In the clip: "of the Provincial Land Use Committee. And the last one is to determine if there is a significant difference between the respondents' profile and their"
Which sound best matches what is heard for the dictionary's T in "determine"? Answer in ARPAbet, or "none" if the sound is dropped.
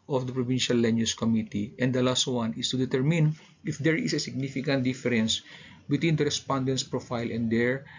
T